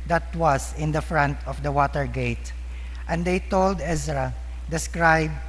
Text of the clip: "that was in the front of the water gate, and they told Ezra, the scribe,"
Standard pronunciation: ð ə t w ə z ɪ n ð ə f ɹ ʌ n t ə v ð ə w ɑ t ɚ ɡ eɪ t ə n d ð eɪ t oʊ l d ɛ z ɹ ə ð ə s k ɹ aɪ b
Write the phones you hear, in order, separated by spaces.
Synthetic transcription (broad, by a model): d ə t w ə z ɪ n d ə f ɹ ʌ n t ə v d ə w ɑ t ɚ ɡ eɪ t ə n d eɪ t oʊ l d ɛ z ɹ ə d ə s k ɹ aɪ b